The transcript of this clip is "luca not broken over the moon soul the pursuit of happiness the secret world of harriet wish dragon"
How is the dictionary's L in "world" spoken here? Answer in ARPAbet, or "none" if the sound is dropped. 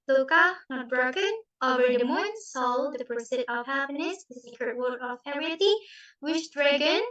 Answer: none